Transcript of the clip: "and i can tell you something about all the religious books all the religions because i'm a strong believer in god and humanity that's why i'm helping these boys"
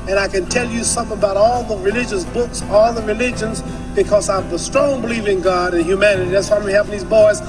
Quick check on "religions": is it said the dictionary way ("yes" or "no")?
yes